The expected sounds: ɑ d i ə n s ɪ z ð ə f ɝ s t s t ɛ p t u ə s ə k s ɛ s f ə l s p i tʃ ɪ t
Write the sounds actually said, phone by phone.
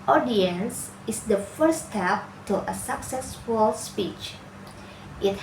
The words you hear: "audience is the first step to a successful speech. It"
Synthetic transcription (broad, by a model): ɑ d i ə n s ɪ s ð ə f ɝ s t s t ɛ p t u ə s ə k s ɛ s f ə l s p i tʃ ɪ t